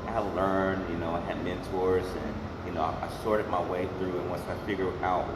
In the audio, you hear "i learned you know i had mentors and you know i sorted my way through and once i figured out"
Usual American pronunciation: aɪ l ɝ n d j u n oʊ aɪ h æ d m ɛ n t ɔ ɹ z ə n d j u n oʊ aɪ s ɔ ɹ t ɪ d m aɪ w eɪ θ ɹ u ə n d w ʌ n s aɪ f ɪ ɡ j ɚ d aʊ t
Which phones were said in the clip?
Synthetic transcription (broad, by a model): aɪ l ɝ n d j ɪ n oʊ aɪ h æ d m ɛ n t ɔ ɹ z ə n j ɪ n oʊ aɪ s ɔ ɹ t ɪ d m aɪ w eɪ θ ɹ u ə n w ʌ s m aɪ f ɪ ɡ j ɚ aʊ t